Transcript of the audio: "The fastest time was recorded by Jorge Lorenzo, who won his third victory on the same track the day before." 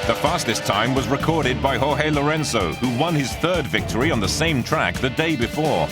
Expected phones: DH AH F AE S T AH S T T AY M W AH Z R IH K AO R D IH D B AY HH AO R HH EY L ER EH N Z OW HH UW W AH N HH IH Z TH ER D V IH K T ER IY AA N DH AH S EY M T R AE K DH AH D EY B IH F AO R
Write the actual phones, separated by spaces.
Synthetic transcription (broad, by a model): DH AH F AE S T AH S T T AY M W AH Z R IH K AO R D IH D B AY HH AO HH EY L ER EH N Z OW HH UW W AH N IH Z TH ER D V IH K T ER IY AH N DH AH S EY M T R AE K DH AH D EY B IH F AO R